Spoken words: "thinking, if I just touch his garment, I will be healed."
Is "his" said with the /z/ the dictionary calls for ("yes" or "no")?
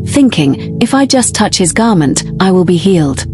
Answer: yes